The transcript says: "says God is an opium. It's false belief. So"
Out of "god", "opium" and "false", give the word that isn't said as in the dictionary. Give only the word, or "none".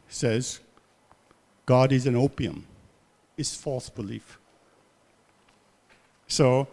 none